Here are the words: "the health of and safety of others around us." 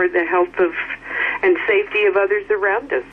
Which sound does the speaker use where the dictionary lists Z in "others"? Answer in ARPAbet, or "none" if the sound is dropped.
Z